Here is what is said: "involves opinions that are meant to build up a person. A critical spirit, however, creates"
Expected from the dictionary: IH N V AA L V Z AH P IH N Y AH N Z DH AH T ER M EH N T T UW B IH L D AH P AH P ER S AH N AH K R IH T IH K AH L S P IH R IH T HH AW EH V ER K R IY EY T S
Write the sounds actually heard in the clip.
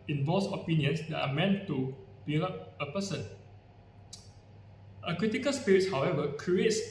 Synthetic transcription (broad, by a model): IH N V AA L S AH P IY N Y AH N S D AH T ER M EH N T T UW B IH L AH P AH P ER S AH N AH K R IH T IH K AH L S P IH R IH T HH AW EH V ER K R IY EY T S